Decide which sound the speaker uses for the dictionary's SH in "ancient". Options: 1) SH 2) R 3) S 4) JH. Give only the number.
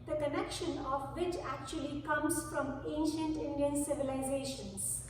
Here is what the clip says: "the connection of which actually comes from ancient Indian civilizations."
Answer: 1